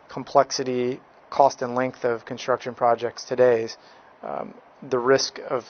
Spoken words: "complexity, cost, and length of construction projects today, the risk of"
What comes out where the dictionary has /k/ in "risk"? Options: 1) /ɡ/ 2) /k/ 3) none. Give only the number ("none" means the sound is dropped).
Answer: 2